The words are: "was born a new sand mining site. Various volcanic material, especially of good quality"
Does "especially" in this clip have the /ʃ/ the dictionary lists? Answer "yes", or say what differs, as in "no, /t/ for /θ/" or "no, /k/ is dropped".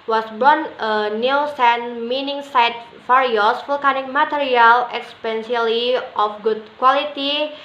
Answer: no, /s/ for /ʃ/